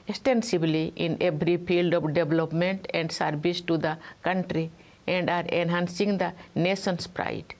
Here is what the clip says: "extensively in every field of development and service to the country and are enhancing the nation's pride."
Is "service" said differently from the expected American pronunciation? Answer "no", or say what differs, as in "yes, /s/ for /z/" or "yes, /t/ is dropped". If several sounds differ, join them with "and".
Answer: yes, /b/ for /v/